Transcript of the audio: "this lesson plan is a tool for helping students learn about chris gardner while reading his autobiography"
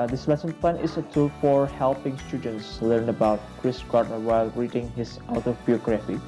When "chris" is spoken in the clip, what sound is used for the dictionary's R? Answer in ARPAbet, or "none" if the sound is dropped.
R